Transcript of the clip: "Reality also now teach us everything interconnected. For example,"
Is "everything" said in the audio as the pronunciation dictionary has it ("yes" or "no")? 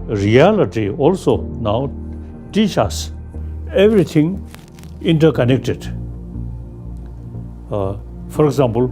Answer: no